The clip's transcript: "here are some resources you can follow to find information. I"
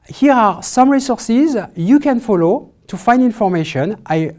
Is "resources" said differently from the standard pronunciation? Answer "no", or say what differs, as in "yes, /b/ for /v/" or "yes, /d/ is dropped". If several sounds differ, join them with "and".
no